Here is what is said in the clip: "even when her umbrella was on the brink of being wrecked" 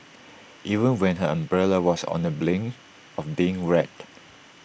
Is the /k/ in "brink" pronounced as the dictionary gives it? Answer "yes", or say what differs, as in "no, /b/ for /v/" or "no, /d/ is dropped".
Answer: no, /k/ is dropped